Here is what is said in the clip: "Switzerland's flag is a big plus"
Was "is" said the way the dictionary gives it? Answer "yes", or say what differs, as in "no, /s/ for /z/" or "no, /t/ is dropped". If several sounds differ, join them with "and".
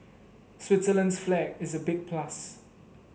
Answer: yes